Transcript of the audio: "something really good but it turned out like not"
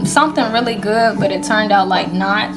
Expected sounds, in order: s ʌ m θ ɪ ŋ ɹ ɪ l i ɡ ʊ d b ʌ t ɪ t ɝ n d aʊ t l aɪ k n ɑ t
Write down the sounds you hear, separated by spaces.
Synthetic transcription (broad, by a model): s ʌ m θ ɪ ŋ ɹ ɪ l i ɡ ʊ d b ʌ t ɪ t ɝ n d aʊ t l aɪ k n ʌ t